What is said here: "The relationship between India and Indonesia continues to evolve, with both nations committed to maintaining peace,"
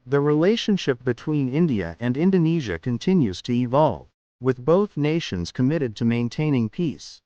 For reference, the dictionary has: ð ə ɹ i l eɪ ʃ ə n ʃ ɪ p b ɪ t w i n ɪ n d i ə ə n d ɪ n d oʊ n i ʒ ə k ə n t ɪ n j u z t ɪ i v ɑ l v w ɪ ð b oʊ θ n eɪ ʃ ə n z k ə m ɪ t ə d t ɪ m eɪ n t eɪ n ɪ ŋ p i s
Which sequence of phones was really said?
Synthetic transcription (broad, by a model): ð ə ɹ i l eɪ ʃ ə n ʃ ɪ p b ɪ t w i n ɪ n d i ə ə n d ɪ n d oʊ n i ʒ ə k ə n t ɪ n j u z t ɪ i v ɑ l v w ɪ ð b oʊ θ n eɪ ʃ ə n z k ə m ɪ t ə d t ɪ m eɪ n t eɪ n ɪ ŋ p i s